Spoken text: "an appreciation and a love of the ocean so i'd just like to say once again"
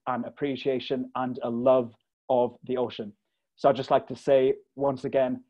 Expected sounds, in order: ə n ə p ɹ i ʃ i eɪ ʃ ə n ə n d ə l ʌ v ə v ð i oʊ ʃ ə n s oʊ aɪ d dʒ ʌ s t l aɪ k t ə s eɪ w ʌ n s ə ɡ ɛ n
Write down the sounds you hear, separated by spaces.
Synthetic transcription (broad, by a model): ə n ə p ɹ i ʃ i eɪ ʃ ə n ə n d ə l ʌ v ə v ð i oʊ ʃ ə n s oʊ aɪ dʒ ʌ s t l aɪ k t ə s eɪ w ʌ n s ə ɡ ɛ n